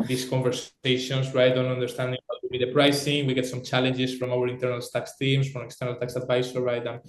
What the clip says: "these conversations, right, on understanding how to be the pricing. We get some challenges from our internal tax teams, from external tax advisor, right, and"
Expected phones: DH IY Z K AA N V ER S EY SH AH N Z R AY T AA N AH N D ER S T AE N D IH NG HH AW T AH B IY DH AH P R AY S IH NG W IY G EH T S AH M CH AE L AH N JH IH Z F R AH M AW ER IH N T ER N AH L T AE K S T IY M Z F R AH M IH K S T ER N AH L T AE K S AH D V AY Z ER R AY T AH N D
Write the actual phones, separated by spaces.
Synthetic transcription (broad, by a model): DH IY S K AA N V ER S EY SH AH N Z R AY T AA N AH N D ER S T AE N D IH NG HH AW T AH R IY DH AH P R AY S IH NG W IY G EH T S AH M CH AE L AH N JH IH S F R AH M AW ER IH N T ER N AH L T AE K S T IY M S F R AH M IH K S T ER N AH L T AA K S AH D V AY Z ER R AY T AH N